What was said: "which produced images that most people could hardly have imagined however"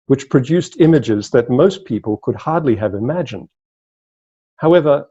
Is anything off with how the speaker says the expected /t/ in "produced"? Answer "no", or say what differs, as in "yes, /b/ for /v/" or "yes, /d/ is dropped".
no